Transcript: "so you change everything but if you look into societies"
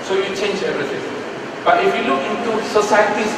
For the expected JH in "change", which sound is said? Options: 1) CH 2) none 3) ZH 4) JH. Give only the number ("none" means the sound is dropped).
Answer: 4